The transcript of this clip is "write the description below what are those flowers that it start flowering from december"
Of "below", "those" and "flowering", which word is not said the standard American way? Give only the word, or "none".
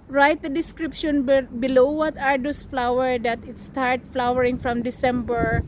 those